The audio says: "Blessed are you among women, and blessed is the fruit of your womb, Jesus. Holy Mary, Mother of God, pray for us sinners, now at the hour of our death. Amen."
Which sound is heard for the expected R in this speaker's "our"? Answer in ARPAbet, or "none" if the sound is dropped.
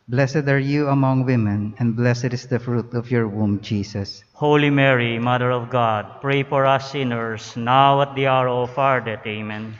R